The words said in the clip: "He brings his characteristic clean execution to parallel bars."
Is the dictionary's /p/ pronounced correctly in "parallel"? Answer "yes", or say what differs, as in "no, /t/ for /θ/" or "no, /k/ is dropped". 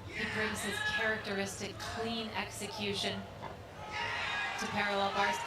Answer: yes